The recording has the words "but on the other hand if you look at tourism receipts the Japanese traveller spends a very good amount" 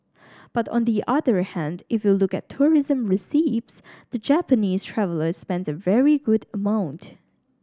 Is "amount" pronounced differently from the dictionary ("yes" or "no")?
no